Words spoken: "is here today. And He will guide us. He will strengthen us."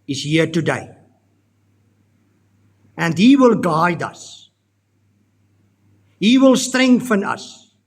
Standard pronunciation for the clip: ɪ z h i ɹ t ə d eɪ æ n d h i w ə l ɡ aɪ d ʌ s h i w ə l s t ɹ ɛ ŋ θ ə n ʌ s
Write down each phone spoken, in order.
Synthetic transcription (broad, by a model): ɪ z h i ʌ t ə d eɪ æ n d h i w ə l ɡ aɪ d ʌ s h i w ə l s t ɹ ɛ ŋ f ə n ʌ s